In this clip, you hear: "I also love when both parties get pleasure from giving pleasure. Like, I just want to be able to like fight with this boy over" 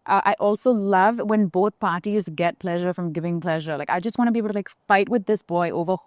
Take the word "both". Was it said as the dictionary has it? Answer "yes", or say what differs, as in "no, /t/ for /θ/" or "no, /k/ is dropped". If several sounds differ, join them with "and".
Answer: yes